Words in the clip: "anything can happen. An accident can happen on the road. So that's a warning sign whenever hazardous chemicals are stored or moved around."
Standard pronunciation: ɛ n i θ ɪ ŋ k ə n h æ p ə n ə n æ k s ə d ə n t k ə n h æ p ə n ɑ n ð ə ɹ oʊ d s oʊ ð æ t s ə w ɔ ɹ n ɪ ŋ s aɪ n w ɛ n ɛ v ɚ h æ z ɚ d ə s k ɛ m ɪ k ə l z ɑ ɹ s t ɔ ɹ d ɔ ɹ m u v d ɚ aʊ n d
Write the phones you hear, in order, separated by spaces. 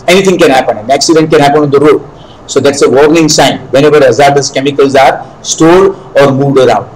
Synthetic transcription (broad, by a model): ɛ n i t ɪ ŋ k ə n h æ p ə n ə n æ k s ə d ə n t k ə n h æ p ə n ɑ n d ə ɹ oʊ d s oʊ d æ t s ə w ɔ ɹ n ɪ ŋ s aɪ n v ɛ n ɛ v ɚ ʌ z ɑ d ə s k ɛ m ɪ k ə l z ɑ ɹ s t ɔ d ɔ ɹ m u v d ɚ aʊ n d